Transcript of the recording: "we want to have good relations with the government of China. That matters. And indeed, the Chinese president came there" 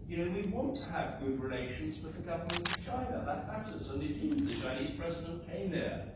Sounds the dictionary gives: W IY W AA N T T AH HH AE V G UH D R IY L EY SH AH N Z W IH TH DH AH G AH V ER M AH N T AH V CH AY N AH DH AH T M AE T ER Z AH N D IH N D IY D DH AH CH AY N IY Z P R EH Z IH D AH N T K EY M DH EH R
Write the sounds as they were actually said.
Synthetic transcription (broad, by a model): W IY W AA N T T AH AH V G UH D R IY L EY SH AH N Z W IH DH AH G AH V ER M AH N T AH V CH AY N AH DH AH T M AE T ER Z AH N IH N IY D DH AH CH AY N IY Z P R EH Z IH D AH N K EY M DH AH R